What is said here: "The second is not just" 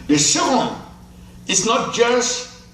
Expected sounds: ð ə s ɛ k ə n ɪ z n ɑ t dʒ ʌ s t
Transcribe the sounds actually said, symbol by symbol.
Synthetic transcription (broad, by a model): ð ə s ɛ ə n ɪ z n ɑ t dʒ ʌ s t